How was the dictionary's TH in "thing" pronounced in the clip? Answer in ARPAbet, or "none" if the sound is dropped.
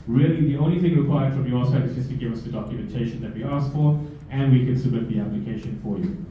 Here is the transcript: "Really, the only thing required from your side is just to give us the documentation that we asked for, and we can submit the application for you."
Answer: TH